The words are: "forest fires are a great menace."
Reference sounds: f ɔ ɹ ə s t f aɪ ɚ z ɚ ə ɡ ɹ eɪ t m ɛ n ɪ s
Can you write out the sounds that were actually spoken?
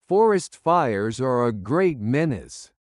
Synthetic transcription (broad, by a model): f ɔ ɹ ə s t f aɪ ɚ z ɚ ə ɡ ɹ eɪ t m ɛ n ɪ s